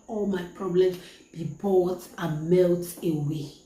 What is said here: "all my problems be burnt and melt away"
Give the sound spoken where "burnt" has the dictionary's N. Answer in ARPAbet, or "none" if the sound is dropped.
none